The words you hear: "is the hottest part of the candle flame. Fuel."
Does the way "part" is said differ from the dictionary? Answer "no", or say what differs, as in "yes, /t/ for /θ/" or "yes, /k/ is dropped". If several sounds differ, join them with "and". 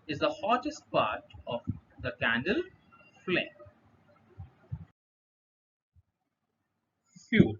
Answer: no